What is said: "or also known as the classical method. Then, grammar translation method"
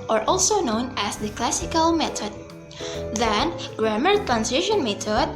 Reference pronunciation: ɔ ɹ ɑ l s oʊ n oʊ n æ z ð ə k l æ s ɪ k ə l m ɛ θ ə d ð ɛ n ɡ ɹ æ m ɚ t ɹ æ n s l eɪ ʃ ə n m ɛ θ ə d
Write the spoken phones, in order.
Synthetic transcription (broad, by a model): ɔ ɹ ɑ l s oʊ n oʊ n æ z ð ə k l æ s ɪ k ə l m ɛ t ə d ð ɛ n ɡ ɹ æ m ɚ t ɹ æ n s eɪ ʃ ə n m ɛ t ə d